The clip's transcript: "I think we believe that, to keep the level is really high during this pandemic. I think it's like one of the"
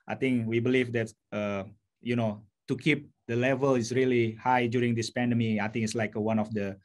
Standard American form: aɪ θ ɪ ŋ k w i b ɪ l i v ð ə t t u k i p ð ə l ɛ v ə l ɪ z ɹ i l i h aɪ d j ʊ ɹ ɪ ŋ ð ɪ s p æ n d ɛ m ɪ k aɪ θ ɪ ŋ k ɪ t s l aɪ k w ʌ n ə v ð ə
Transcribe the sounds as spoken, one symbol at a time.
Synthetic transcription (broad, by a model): aɪ t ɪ ŋ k w i b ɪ l i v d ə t t u k i p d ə l ɛ v ə l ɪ s ɹ i l i h aɪ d j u ɹ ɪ ŋ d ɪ s p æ n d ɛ m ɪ aɪ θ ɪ ŋ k ɪ t s l aɪ k w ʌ n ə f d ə